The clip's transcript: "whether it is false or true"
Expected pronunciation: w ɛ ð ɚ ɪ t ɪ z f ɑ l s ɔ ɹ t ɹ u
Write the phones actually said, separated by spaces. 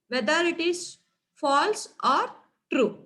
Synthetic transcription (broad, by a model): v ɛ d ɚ ɪ t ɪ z f ɑ l s ɔ ɹ t ɹ u